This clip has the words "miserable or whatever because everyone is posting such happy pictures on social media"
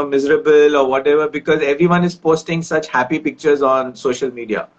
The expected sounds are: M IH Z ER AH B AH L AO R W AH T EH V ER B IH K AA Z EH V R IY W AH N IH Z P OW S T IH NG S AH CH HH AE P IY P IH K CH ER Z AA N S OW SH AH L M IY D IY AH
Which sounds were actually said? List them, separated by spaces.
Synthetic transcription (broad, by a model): M IH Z ER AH B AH L AO R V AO T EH V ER B IH K AA Z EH V R IY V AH N IH Z P OW S T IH NG S AH CH HH AE P IY P IH K CH ER Z AA N S OW SH AH L M IY D IY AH